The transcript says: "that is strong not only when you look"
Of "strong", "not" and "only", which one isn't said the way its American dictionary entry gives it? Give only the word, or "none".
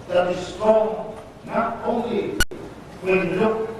strong